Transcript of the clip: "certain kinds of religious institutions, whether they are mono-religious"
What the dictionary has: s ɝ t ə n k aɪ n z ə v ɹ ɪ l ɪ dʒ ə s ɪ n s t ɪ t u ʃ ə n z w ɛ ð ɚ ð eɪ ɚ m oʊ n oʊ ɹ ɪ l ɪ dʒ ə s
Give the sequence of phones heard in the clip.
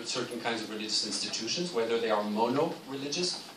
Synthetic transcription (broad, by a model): s ɝ t n k aɪ n z ə v ɹ ɪ l ɪ dʒ ə s ɪ n s t ɪ t u ʃ ə n z w ɛ ð ɚ ð eɪ ɚ m oʊ n oʊ ɹ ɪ l ɪ dʒ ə s